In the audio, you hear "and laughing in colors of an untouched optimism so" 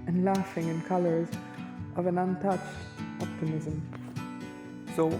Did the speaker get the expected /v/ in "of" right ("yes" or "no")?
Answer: yes